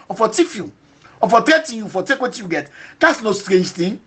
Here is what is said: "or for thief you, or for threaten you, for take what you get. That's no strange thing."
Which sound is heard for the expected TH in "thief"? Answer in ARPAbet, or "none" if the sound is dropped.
T